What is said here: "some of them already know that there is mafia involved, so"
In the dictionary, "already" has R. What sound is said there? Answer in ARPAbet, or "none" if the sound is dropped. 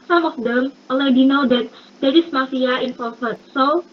L